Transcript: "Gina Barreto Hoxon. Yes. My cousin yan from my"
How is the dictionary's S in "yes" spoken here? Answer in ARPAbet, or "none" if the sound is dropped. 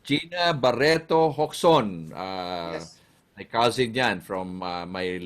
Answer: none